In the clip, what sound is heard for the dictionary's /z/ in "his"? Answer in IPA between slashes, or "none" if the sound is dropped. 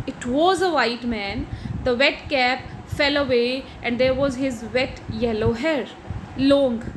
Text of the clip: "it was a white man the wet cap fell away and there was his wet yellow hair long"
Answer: /z/